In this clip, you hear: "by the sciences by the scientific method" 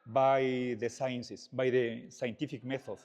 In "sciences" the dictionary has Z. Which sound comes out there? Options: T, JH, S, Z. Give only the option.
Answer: S